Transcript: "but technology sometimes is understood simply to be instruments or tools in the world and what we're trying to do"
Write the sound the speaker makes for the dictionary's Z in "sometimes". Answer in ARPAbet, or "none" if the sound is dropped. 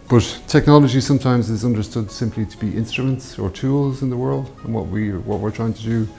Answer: Z